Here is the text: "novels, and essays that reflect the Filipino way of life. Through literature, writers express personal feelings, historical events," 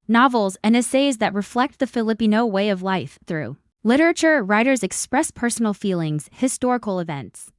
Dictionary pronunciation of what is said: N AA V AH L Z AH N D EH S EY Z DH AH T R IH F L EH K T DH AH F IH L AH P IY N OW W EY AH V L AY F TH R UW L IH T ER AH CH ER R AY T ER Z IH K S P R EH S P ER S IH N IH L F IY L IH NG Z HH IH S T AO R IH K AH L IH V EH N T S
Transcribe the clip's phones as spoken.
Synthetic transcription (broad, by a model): N AA V L Z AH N EH S EY Z DH AH T R IH F L EH K T DH AH F IH L AH P IY N OW W EY AH V L AY F TH R UW L IH T ER AH CH ER R AY T ER Z IH K S P R EH S P ER S N L F IY L IH NG Z HH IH S T AO R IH K L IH V EH N T S